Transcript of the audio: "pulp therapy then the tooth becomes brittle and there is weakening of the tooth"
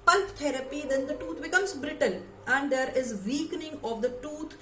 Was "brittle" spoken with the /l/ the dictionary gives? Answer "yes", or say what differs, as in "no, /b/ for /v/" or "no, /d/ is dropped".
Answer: no, /n/ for /l/